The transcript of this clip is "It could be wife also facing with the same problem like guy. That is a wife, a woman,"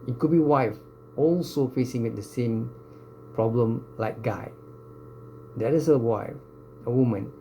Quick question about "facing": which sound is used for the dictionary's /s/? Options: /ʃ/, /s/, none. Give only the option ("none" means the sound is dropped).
/s/